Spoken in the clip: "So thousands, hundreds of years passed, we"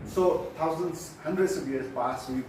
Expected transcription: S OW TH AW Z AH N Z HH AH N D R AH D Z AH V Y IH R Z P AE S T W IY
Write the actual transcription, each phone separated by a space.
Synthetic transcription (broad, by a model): S OW T AW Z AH N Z HH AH N D R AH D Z AH V Y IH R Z P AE S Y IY